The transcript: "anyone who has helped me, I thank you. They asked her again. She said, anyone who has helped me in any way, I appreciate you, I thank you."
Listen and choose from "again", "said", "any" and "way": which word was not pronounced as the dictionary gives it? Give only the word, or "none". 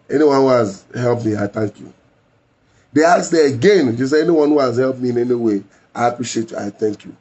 said